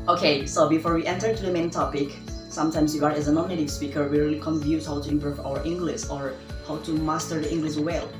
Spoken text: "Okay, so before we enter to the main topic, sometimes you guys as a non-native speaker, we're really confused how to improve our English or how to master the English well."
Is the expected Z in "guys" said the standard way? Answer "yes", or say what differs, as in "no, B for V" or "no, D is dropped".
no, Z is dropped